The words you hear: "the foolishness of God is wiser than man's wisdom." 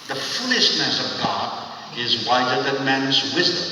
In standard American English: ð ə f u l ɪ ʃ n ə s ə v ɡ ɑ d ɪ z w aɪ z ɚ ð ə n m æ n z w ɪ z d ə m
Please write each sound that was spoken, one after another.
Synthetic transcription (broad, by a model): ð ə f u l ɪ ʃ n ə s ə v ɡ ɑ d ɪ z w aɪ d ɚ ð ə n m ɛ n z w ɪ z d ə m